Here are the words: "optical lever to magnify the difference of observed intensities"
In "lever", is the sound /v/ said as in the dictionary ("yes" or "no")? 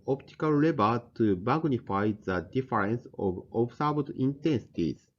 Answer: no